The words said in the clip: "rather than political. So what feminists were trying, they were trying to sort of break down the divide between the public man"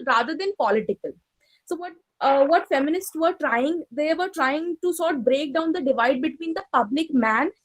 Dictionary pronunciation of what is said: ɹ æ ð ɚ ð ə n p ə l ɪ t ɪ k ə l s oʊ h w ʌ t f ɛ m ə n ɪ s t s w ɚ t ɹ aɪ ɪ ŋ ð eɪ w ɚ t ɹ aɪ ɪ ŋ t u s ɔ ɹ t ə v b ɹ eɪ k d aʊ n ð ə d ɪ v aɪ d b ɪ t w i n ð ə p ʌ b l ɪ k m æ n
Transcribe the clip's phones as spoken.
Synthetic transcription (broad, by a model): ɹ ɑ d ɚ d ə n p ə l ɪ t ɪ k ə l s oʊ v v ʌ t f ɛ m ə n ɪ s t s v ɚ t ɹ aɪ ɪ ŋ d eɪ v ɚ t ɹ aɪ ɪ ŋ t u s ɔ ɹ t b ɹ eɪ k d aʊ n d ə d ɪ v aɪ d b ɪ t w i n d ə p ʌ b l ɪ k m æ n